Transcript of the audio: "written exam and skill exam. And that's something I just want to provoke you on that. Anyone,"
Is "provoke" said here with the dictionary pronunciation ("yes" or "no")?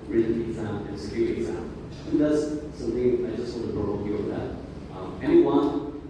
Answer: no